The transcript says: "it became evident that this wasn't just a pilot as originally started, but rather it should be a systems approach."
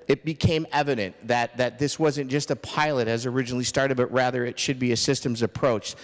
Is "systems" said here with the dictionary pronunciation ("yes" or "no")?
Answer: yes